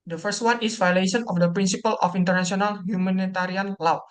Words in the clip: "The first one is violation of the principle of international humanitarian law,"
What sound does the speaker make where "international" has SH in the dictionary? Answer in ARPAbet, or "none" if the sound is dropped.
S